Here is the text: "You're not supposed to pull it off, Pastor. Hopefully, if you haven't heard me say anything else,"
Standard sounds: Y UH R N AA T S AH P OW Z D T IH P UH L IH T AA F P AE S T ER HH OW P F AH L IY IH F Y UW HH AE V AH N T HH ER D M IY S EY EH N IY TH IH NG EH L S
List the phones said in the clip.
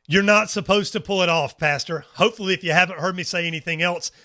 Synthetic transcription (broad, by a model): Y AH R N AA T S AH P OW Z T IH P UH L IH T AA F P AE S T ER HH OW P F L IY IH F Y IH HH AE V AH N T HH ER D M IY S EY EH N IY TH IH NG EH L S